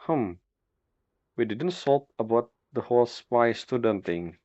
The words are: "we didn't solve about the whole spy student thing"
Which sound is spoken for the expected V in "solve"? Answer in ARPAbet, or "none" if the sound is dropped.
P